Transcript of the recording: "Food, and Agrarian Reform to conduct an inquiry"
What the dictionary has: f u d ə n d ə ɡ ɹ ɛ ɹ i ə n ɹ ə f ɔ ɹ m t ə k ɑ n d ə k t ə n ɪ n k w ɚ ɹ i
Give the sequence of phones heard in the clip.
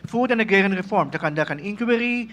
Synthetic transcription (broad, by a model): f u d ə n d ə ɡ ɛ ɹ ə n ɹ ə f ɔ ɹ m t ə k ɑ n d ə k ə n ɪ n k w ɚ ɹ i